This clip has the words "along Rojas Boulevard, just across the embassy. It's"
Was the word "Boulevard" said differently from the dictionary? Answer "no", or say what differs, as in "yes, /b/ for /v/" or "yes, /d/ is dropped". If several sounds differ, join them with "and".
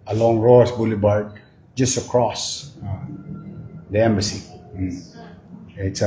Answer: yes, /b/ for /v/